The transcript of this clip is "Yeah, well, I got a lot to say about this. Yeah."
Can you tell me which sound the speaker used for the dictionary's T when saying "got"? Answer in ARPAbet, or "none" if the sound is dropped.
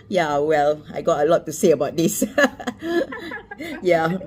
T